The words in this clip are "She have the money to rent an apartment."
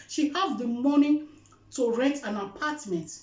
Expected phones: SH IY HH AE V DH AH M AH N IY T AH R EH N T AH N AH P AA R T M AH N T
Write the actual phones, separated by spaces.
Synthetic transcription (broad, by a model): SH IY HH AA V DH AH M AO N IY T AH R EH T AH N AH P AA T M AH N T